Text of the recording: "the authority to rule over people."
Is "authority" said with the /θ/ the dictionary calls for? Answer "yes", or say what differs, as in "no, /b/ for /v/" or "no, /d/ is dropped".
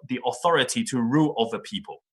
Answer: yes